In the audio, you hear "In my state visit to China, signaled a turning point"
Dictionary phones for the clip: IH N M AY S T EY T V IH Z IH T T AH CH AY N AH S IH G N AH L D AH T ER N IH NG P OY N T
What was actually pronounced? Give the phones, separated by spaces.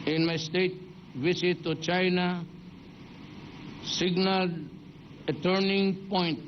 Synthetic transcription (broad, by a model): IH N M AY S T EY T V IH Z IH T T AH CH AY N AH S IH G N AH L AH T ER N IH NG P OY N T